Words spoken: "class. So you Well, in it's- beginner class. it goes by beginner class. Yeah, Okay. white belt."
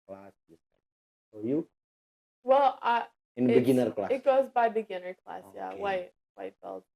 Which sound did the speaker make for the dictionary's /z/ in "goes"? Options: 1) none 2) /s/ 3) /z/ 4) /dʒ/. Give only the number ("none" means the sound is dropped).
3